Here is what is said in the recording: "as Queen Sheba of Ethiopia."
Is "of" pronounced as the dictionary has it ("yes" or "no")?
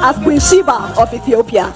no